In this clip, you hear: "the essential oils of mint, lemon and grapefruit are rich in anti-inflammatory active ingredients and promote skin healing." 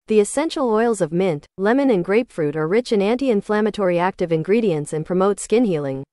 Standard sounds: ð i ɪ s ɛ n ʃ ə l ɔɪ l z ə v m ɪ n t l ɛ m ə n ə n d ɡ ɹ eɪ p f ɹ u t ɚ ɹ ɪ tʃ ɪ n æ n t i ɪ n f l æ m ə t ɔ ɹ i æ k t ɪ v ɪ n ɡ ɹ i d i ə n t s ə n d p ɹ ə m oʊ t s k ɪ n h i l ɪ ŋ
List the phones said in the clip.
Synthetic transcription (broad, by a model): ð i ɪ s ɛ n ʃ l ɔɪ l z ə v m ɪ n t l ɛ m ə n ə n ɡ ɹ eɪ p f ɹ u t ɚ ɹ ɪ tʃ ɪ n æ n t i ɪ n f l æ m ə t ɔ ɹ i æ k t ɪ v ɪ n ɡ ɹ i d i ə n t s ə n p ɹ ə m oʊ t s k ɪ n h i l ɪ ŋ